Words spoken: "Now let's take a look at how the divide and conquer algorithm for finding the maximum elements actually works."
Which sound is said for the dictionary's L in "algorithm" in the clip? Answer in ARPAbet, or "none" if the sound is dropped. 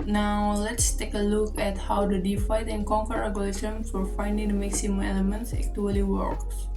none